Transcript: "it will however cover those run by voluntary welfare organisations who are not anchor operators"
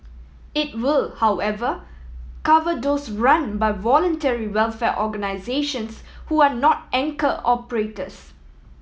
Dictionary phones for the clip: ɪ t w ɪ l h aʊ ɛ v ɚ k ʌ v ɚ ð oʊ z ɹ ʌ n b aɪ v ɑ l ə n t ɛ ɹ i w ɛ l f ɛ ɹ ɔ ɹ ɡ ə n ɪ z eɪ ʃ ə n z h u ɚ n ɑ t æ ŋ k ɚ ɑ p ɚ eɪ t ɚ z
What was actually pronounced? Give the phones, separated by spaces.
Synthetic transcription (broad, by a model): ɪ t w ɪ l h aʊ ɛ v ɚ k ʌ v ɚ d oʊ s ɹ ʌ n b aɪ v ɑ l ə n t ɛ ɹ i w ɛ l f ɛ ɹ ɔ ɡ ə n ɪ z eɪ ʃ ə n s h u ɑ n ɑ t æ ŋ k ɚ ɑ p ɚ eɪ t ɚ s